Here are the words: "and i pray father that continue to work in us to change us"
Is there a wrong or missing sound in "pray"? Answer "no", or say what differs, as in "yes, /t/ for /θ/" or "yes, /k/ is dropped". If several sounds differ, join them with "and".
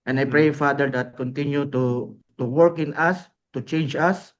no